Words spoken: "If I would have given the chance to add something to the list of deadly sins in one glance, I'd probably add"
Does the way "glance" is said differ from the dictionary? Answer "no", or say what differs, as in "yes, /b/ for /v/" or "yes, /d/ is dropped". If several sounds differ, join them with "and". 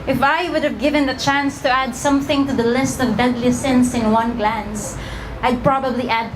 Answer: no